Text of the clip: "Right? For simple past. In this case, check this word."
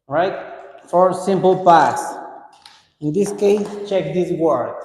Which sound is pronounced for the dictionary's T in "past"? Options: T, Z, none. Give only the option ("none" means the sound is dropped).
none